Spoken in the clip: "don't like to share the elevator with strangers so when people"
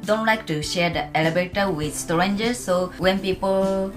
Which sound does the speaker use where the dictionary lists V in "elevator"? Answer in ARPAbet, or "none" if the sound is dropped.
B